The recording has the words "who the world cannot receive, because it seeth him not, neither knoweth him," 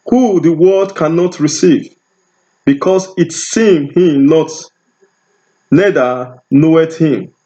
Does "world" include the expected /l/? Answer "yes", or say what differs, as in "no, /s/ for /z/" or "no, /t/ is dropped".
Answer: no, /l/ is dropped